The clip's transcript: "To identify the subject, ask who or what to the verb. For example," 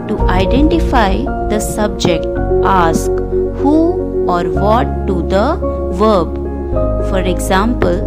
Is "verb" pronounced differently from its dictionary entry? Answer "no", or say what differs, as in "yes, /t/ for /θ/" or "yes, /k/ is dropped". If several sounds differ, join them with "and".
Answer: no